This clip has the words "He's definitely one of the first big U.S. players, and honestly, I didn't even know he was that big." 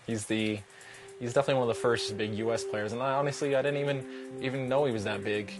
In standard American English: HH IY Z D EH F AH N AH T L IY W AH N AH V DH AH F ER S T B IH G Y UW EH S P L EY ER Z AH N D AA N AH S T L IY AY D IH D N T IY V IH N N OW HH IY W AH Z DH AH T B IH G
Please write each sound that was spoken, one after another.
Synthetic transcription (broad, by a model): HH IY Z D EH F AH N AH T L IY W AH N AH V DH AH F ER S T B IH G Y UW EH S P L EY ER Z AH N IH AA N AH S T L IY AY D IH D N T IY V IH N N OW HH IY W AH Z DH AH T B IH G